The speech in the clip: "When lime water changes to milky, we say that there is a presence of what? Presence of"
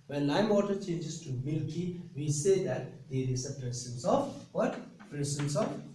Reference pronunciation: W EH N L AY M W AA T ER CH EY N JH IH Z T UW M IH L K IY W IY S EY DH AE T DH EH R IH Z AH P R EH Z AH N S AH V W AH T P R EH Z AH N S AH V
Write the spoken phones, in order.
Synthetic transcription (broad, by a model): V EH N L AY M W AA T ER CH EY N JH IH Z T UW M IH L K IY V IY S EY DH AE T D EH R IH S AH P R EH S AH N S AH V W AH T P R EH S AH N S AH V